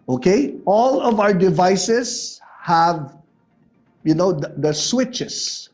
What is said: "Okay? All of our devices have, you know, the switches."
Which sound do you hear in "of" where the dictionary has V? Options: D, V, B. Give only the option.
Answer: V